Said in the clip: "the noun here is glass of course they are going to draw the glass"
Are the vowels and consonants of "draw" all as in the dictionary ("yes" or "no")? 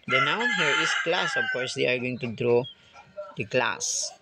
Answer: yes